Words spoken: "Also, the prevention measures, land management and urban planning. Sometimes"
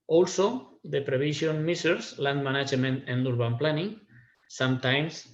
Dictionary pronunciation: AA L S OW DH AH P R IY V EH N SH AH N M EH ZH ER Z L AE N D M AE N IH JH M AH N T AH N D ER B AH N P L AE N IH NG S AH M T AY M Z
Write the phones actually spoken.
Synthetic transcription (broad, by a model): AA L S OW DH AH P R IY B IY SH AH N M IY S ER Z L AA N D M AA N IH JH M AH N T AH N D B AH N P L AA N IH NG S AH M T AY M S